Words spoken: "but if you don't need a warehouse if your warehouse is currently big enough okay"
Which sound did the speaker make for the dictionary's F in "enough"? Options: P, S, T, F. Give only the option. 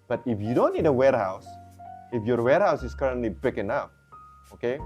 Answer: P